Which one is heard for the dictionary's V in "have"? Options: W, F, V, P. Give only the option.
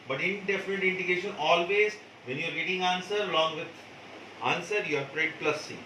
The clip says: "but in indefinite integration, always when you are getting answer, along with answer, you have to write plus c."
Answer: P